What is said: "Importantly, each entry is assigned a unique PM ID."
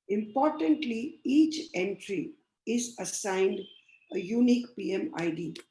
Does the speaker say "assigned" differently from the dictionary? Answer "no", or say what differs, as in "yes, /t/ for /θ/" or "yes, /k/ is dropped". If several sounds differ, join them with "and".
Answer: no